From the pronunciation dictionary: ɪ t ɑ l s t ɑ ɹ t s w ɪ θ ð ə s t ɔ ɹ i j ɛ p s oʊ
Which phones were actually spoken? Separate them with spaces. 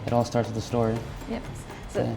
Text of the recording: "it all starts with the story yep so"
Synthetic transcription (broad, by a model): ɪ t ɑ l s t ɑ ɹ t s ð ə s t ɔ ɹ i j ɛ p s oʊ